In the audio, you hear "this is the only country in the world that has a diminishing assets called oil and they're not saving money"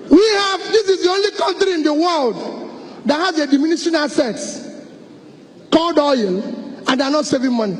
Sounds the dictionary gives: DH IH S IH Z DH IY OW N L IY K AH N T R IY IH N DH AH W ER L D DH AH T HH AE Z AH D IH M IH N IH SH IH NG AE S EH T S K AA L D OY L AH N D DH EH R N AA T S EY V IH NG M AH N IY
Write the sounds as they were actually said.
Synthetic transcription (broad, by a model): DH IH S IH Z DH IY OW N L IY K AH N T R IY IH N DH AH W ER L D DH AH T HH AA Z AH D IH M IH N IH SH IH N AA S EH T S K AA L D OY L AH N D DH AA N AA T S EY V IH NG M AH N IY